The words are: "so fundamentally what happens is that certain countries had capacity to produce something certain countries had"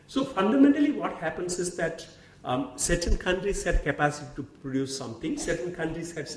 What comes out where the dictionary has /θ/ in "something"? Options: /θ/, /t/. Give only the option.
/t/